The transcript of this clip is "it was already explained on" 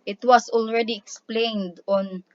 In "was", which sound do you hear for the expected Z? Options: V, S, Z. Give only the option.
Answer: S